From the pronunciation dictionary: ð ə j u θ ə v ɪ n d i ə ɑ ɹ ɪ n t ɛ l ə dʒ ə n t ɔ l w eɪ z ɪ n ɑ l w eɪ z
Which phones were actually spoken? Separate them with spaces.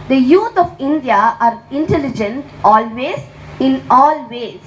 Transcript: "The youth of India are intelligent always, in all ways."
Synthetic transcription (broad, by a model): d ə j u t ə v ɪ n d i ə ɑ ɹ ɪ n t ɛ l ə dʒ ə n t ɔ l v eɪ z ɪ n ɑ l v eɪ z